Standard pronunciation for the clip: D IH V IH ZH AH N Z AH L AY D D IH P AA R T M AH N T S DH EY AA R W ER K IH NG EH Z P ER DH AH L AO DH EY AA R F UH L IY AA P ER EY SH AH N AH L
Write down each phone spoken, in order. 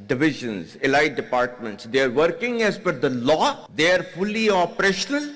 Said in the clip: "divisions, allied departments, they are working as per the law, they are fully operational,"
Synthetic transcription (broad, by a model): D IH V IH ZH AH N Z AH L AY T D IH P AA R T M AH N T S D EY AA R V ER K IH NG EH Z F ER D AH L AO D EY AA R F UH L IY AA P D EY SH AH N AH L